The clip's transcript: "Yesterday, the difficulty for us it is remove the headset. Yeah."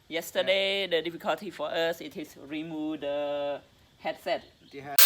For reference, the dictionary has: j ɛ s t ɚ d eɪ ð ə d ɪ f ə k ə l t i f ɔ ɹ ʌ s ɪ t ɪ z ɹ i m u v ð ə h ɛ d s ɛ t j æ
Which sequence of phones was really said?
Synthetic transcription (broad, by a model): j ɛ s t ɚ d eɪ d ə d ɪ f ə k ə l t i f ɔ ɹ ʌ s ɪ t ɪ s ɹ i m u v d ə h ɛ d s ɛ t